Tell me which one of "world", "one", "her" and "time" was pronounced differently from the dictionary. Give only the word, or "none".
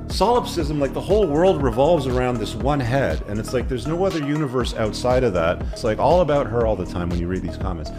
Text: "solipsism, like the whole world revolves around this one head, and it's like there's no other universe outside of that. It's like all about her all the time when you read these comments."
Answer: none